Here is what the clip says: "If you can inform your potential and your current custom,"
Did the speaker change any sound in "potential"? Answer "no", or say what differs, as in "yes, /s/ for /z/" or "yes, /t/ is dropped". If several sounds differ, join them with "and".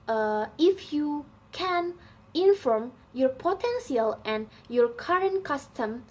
yes, /s/ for /ʃ/